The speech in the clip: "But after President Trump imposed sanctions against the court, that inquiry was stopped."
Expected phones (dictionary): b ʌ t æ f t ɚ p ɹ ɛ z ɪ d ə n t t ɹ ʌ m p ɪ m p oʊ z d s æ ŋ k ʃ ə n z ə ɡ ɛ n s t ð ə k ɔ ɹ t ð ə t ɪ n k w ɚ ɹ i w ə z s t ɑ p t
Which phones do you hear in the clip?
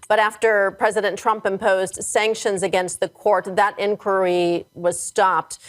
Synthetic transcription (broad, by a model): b ʌ t æ f t ɚ p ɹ ɛ z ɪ d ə n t t ɹ ʌ m p ɪ m p oʊ z d s æ ŋ k ʃ ə n z ə ɡ ɛ n s t ð ə k ɔ ɹ t ð ə t ɪ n k w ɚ ɹ i w ə z s t ɑ p t